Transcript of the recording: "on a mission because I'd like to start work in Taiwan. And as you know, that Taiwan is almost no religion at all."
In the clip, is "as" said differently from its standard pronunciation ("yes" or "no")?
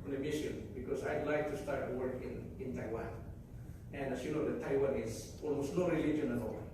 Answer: yes